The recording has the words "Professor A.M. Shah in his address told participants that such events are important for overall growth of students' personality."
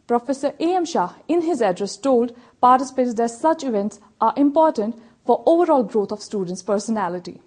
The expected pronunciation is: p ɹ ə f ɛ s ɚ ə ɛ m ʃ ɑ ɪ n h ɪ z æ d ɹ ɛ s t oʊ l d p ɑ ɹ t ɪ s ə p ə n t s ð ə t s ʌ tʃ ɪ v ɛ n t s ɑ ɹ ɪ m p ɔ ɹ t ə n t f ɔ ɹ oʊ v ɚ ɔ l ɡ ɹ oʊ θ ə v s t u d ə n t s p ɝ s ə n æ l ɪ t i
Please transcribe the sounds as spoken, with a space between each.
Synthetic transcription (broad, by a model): p ɹ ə f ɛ s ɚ ə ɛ m ʃ ɑ ɪ n h ɪ z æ d ɹ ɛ s t oʊ l d p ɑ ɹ t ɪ s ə p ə t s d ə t s ʌ tʃ ɪ v ɛ n t s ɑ ɹ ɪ m p ɔ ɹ t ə n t f ɔ ɹ oʊ v ɚ ɔ l ɡ ɹ oʊ t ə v s t u d ə n t s p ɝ s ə n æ l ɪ t i